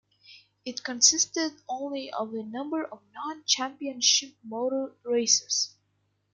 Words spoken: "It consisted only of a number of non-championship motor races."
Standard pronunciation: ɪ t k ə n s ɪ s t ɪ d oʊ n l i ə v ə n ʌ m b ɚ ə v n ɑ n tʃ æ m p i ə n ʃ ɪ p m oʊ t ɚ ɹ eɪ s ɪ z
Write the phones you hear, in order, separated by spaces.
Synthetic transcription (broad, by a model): ɪ t k ə n s ɪ s t ɪ d oʊ n l i ə v ə n ʌ m b ɚ ə v n ɑ n tʃ æ m p i ə n ʃ ɪ p m oʊ t ɚ ɹ eɪ s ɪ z